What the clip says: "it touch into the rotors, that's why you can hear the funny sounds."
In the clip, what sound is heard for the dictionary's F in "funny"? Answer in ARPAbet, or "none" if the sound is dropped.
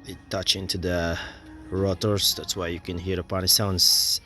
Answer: P